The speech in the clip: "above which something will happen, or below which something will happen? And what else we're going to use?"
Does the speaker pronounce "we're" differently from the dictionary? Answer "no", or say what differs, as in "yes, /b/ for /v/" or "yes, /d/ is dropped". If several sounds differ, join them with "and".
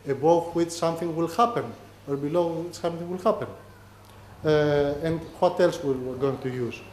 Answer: yes, /w/ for /ɹ/